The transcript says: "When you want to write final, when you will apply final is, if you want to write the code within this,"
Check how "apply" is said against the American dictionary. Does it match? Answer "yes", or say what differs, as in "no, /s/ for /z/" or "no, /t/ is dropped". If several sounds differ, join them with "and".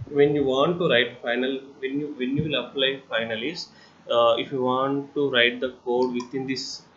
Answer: yes